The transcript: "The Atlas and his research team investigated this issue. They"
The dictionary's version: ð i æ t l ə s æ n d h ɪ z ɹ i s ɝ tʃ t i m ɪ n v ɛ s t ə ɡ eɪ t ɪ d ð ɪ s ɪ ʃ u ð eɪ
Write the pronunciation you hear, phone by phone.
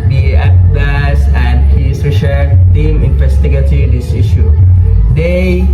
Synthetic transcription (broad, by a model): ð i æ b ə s æ n d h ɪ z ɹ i ʃ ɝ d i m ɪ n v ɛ s t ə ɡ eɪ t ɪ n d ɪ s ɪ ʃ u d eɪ